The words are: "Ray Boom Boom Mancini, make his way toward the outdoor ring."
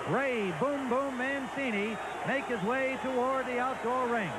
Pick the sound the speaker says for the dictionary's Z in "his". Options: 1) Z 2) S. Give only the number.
1